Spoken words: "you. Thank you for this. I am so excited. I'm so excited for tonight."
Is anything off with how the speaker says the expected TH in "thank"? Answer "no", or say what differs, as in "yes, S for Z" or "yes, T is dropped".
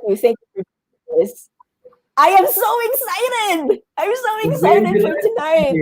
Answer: no